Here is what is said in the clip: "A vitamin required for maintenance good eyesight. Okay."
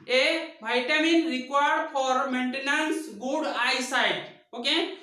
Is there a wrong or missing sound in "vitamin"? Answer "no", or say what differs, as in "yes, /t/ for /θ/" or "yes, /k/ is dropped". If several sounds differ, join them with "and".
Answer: yes, /b/ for /v/